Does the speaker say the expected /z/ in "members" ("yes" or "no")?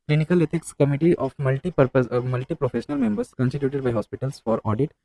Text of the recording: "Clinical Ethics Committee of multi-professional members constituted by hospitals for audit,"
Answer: no